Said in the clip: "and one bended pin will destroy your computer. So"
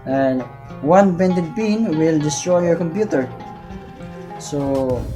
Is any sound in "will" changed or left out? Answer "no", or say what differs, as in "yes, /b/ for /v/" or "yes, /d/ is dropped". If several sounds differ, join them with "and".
no